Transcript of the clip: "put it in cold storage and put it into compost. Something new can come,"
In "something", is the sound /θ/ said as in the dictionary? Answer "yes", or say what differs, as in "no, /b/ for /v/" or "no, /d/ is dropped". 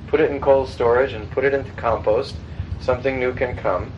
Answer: yes